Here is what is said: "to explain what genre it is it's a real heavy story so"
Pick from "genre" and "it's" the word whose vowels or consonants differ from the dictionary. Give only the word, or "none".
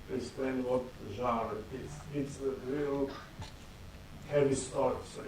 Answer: genre